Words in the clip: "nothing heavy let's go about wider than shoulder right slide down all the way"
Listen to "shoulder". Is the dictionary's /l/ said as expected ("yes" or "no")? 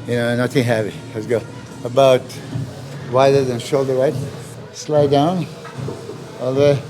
yes